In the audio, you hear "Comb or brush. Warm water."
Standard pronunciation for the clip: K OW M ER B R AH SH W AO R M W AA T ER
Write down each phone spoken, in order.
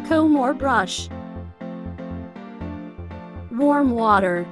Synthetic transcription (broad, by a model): K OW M ER B R AH SH W AO R M W AA T ER